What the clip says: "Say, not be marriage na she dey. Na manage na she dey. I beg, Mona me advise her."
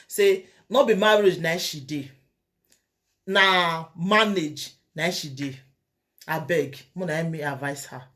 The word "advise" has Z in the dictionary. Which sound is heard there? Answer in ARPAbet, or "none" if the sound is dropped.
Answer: S